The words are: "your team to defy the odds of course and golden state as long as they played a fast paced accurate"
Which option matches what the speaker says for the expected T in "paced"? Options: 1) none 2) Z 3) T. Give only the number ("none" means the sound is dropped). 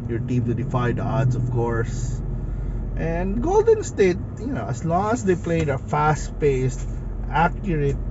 3